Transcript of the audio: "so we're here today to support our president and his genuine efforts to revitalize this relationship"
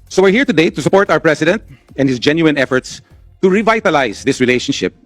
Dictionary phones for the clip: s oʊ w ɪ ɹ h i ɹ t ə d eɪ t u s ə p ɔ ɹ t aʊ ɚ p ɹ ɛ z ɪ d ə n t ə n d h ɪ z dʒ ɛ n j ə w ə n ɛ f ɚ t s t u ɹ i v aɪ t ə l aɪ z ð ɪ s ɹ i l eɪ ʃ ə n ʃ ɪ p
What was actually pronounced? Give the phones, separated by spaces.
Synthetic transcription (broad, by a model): s oʊ w ɪ ɹ h i ɹ t ə d eɪ t u s ə p ɔ ɹ t aʊ ɚ p ɹ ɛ s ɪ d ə n t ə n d h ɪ s dʒ ɛ n j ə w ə n ɛ f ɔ t s t u ɹ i v aɪ t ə l aɪ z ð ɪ s ɹ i l eɪ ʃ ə n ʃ ɪ p